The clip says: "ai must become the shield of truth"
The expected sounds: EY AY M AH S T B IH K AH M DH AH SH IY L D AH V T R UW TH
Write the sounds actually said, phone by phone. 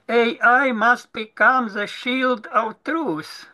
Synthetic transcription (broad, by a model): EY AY M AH S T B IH K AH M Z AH SH IY L D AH W T R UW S